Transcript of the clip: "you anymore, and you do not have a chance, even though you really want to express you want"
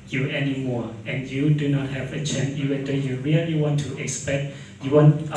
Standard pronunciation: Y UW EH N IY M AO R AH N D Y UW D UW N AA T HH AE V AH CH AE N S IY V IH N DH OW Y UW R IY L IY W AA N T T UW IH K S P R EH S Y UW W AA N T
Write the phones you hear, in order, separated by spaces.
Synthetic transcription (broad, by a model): Y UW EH N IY M AO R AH N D Y UW D UW N AA T HH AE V AH CH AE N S IY V IH N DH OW Y UW R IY L IY W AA N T T UW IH K S P EH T Y UW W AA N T